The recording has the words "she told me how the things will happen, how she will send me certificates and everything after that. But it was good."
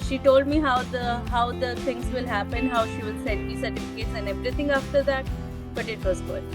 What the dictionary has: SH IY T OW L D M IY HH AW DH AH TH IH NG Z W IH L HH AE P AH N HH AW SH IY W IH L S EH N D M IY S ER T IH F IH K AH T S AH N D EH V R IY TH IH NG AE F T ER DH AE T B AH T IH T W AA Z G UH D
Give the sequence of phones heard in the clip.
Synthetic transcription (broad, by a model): SH IY T OW L D M IY HH AW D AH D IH NG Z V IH L HH AE P AH N HH AW SH IY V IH L S EH N D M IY S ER T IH F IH K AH T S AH N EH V R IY T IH NG AE F T ER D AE T B AH T IH T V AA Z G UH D